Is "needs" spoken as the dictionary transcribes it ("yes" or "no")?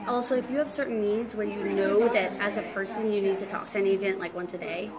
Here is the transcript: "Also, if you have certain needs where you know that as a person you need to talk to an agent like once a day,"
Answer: yes